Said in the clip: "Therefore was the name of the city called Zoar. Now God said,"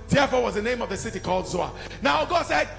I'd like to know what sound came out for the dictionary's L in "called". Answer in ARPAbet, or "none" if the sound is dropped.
L